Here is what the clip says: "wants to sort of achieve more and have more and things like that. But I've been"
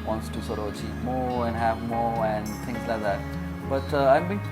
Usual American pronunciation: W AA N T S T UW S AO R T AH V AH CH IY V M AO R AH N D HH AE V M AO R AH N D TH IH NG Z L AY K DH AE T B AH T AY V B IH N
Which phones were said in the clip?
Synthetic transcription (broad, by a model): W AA N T S T UW S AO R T AH V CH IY P M AO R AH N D HH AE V M AO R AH N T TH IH NG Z L AY K DH AE T B AH T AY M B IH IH